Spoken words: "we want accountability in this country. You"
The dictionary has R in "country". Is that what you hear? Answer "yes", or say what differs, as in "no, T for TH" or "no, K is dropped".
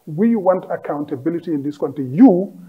no, R is dropped